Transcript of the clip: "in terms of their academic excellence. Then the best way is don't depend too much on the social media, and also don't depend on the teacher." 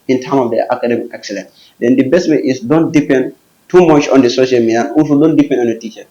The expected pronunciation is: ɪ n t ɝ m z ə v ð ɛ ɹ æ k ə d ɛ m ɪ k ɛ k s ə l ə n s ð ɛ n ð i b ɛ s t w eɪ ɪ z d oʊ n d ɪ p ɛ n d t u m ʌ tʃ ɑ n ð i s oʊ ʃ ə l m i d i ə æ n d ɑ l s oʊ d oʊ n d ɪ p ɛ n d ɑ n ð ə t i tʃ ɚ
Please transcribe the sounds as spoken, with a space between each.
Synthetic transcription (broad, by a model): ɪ n t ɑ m ə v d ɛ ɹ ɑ k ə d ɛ m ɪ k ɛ k s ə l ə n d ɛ n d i b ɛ s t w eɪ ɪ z d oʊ n d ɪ p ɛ n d t u m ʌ tʃ ɑ n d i s oʊ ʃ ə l m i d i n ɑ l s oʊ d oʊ n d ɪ p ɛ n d ɑ n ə t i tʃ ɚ